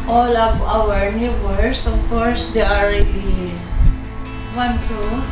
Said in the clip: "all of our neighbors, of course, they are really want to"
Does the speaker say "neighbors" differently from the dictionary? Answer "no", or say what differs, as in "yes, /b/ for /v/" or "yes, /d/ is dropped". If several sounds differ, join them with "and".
yes, /s/ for /z/